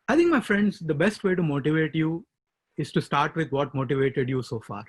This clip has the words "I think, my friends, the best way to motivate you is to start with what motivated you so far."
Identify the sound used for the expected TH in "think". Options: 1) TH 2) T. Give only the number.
2